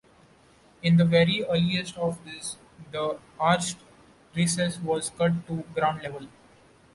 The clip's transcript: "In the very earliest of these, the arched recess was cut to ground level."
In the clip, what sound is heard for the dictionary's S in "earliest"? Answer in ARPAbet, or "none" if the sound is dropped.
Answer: S